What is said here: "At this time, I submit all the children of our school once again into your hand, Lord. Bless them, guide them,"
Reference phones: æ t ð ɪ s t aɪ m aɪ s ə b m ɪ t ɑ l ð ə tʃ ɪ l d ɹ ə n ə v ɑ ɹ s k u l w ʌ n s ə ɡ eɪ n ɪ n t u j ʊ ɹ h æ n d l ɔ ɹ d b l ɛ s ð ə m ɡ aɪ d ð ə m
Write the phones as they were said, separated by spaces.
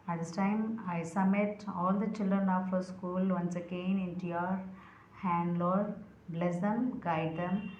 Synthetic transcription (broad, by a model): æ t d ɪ s t aɪ m aɪ s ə m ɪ t ɑ l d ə tʃ ɪ l d ɹ ə n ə f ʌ s k u l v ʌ n s ə ɡ eɪ n ɪ n t u j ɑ ɹ h æ n d l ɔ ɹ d b l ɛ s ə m ɡ aɪ d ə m